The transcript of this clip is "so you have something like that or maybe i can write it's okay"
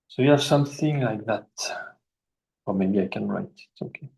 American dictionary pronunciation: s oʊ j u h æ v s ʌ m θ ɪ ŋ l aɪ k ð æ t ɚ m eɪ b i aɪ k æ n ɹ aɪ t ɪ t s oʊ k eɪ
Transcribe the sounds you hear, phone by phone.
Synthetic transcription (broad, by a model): s oʊ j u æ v s ʌ m θ ɪ ŋ l aɪ k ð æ t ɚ m eɪ b i aɪ k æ n ɹ aɪ t ɪ t s oʊ k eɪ